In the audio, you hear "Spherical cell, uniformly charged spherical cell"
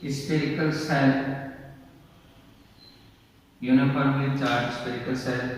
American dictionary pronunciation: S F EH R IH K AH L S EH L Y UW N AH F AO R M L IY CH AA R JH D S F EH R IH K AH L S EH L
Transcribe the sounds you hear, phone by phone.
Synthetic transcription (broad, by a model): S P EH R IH K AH L S EH L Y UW N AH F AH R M IY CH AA R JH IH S P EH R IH K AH L S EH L